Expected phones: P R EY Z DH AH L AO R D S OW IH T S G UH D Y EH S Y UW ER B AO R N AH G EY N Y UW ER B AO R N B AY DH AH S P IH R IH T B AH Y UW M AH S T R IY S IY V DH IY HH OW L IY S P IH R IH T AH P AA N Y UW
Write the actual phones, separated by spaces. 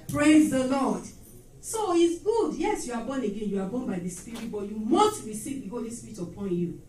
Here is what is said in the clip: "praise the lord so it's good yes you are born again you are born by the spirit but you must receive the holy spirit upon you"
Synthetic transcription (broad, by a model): P R EY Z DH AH L AO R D S OW IH T S G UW D Y EH S Y UW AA B AO N AH G EY N Y UW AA B AO N B AY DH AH S P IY R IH T B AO Y UW M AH S T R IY S IY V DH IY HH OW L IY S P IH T AH P AA N Y UW